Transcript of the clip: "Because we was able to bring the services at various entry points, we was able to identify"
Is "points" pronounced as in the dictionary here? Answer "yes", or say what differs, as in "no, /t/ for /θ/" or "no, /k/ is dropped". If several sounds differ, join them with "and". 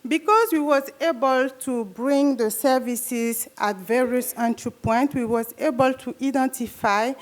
no, /s/ is dropped